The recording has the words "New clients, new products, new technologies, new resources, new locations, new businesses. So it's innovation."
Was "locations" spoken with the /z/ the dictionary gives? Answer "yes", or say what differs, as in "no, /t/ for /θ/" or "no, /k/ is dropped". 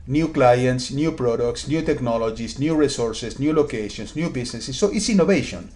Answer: no, /s/ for /z/